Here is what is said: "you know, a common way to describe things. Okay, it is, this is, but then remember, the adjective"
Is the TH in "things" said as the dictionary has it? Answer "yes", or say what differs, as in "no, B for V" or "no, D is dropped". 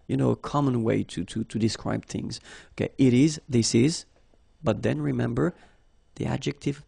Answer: yes